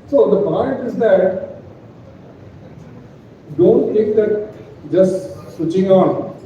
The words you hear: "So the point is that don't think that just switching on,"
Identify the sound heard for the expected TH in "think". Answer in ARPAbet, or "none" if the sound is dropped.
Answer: T